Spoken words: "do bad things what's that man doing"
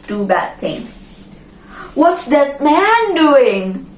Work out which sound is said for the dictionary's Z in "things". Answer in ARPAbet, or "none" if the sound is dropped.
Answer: none